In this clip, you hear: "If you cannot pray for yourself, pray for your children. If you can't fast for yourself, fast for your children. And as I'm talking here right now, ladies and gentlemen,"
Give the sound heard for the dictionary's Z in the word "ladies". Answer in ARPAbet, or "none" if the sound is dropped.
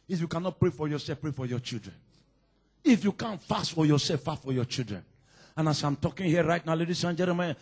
S